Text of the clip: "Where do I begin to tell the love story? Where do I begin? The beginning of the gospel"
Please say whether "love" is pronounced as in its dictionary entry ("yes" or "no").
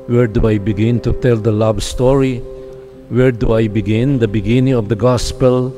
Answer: no